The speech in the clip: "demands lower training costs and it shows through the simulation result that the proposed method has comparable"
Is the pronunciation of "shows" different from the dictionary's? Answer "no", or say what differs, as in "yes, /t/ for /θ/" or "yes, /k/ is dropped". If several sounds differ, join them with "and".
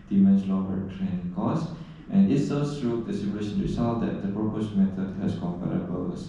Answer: yes, /s/ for /ʃ/